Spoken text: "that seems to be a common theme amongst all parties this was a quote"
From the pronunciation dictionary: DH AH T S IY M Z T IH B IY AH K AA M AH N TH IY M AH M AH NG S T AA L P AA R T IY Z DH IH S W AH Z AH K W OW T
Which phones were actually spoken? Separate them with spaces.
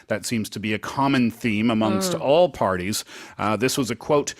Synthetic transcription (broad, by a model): DH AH T S IY M Z T IH B IY AH K AA M AH N TH IY M AH M AH NG S T AA L P AA R T IY Z DH IH S W AH Z AH K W OW T